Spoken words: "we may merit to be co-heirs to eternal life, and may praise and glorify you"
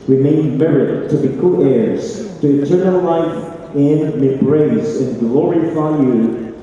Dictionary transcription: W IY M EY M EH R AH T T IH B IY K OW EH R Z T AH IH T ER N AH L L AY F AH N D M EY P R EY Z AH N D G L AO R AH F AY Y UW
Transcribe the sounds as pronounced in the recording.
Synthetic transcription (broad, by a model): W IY M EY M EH R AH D T IH B IY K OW EH R Z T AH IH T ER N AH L L AY F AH N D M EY B R EY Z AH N G L AO R AH F AY Y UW